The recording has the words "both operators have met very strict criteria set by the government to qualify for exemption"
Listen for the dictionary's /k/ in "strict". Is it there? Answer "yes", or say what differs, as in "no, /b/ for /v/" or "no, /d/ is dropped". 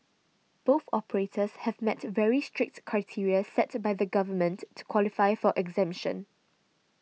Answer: yes